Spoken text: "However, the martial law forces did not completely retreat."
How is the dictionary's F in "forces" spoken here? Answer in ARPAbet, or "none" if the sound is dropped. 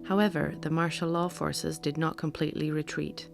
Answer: F